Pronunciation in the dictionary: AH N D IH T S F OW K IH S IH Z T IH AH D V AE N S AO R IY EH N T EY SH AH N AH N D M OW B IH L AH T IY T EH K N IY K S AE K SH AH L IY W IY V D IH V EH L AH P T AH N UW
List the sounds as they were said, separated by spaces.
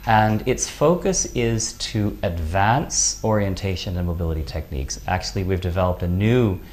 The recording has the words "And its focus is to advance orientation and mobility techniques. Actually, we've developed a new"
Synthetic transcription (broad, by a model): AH N IH T S F OW K IH S IH Z T IH AH D V AE N S AO R IY EH N T EY SH AH N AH N M OW B IH L AH T IY T EH K N IY K S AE K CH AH L IY W IY V D IH V EH L AH P T AH N UW